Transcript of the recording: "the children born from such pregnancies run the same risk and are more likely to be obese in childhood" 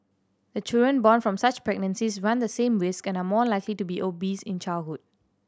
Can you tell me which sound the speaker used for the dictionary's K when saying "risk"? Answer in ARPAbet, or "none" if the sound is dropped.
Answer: K